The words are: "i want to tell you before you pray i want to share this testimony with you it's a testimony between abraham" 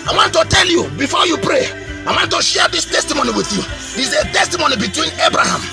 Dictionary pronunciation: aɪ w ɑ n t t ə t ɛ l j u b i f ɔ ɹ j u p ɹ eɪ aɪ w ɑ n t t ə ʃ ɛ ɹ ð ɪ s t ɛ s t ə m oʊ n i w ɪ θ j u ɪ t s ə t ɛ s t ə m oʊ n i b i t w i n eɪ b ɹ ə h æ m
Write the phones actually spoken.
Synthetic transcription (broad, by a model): aɪ w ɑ n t t ə t ɛ l j u b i f ɔ j u p ɹ eɪ aɪ w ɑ n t t ə ʃ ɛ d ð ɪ s t ɛ s t ə m oʊ n i w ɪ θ j u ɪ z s ə t ɛ s t ə m oʊ n i b i t w i n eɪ b ɹ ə h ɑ m